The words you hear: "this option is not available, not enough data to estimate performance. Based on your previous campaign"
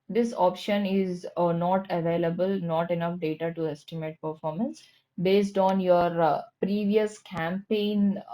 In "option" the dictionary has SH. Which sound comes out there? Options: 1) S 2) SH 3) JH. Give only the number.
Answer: 2